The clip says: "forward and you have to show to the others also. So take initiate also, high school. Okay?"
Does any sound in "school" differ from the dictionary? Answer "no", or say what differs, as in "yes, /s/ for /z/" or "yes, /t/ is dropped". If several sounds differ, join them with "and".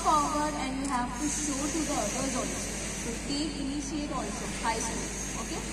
yes, /k/ is dropped